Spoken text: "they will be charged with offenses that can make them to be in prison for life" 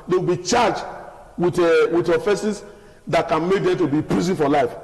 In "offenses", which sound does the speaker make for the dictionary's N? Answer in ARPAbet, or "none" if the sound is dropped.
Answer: none